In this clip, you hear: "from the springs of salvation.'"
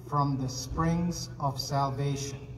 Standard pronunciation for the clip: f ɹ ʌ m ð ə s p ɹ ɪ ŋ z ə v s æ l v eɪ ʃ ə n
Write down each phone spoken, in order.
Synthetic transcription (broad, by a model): f ɹ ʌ m ð ə s p ɹ ɪ ŋ z ə v s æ l v eɪ ʃ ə n